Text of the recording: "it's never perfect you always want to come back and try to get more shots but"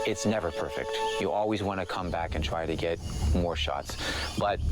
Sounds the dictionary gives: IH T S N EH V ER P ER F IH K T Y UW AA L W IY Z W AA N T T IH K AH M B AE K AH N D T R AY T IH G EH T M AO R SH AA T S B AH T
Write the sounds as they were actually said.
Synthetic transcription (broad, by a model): IH T S N EH V ER P ER F IH K T Y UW AA L W IY Z W AA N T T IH K AH M B AE K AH N T R AY T IH G EH T M AO R SH AA T S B AH T